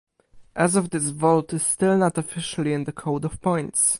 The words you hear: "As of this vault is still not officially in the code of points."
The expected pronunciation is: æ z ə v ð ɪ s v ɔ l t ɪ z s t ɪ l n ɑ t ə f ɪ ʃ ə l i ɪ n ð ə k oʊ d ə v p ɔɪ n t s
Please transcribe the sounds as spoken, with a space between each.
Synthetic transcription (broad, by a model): æ z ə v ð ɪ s v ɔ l t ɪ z s t ɪ l n ɑ t ə f ɪ ʃ ə l i ɪ n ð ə k oʊ d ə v p ɔɪ n t s